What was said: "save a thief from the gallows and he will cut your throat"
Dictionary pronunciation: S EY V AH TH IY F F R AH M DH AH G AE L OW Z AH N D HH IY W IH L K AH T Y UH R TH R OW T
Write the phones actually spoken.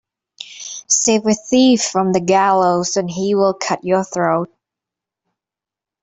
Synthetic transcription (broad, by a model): S EY V AH TH IY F F R AH M DH AH G AE L OW Z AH N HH IY W IH L K AH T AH R TH R OW T